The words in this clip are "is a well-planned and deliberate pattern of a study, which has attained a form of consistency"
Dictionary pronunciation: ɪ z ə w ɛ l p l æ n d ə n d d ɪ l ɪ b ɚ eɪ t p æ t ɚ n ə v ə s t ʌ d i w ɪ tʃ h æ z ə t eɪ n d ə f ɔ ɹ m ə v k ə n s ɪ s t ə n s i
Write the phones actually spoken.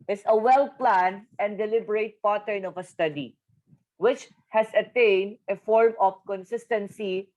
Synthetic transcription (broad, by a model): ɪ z ə w ɛ l p l æ n d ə n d d ɪ l ɪ b ɚ eɪ t p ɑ t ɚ n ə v ə s t ʌ d i w ɪ tʃ h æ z ə t eɪ n d ə f ɔ ɹ m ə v k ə n s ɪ s t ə n s i